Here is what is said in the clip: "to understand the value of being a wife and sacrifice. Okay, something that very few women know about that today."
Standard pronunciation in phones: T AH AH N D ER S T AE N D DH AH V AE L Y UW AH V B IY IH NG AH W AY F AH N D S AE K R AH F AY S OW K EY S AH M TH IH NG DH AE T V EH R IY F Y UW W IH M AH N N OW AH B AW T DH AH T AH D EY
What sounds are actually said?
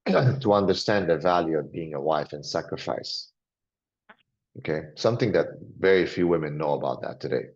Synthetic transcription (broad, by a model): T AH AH N D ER S T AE N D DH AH V AE L Y UW AH V B IY IH NG AH W AY F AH N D S AE K R AH F AY S OW K EY S AH M TH IH NG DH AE T V EH R IY F Y UW W IH M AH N N OW AH B AW T DH AH T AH D EY